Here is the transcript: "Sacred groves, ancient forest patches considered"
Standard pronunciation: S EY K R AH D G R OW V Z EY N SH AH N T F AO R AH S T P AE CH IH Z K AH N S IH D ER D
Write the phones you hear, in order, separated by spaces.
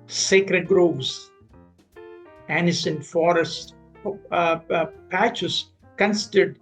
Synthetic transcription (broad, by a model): S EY K R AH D G R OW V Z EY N S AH N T F AO R AH S T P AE CH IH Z K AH N S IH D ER D